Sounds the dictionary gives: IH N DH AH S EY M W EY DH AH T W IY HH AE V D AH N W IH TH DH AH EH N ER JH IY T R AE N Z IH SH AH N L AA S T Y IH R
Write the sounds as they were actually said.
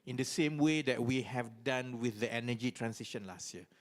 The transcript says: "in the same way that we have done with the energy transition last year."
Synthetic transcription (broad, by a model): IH N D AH S EY M W EY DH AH T W IY HH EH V D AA N W IH TH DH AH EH N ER JH IY T R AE N S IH SH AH N L AA S T Y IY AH